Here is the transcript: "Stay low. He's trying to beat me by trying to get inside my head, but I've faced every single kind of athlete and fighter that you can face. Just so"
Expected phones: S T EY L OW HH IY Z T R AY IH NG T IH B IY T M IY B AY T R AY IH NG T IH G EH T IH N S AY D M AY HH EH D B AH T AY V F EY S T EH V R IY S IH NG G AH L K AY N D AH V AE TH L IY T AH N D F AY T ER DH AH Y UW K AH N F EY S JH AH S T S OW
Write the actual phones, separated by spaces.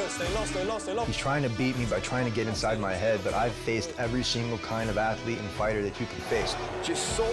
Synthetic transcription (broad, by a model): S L HH IY Z T R AY IH NG T IH B IY T M IY B AY T R AY IH NG T IH G EH T IH N S AY D M AY HH EH D B AH T AY V F EY S T EH V R IY S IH NG G L K AY N D AH V AE TH L IY T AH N F AY T ER DH AH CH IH K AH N F EY S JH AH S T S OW